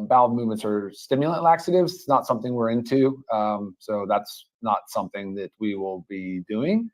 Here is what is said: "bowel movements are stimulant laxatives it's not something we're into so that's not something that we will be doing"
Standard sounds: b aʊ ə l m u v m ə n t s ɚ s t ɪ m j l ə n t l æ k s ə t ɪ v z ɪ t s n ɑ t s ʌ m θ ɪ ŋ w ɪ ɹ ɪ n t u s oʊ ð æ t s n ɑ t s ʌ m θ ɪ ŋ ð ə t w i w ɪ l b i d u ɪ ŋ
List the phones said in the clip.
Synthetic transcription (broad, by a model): b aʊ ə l m u v m ə n t s ɚ s t ɪ m j l ə n t l æ k s ə t ɪ v z ɪ t s n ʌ t s ʌ m θ ɪ ŋ w ɪ ɹ ɪ n t u s oʊ ð æ t s n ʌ t s ʌ m θ ɪ ŋ ð ə t w i w ɪ l b i d u ɪ ŋ